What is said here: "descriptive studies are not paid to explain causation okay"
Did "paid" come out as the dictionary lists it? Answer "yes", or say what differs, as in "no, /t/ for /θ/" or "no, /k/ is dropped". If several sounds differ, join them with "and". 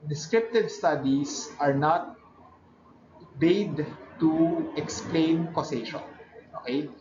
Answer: no, /b/ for /p/